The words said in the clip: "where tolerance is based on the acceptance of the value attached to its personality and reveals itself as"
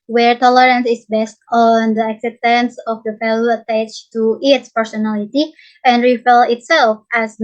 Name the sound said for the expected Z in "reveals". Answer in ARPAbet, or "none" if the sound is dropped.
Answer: none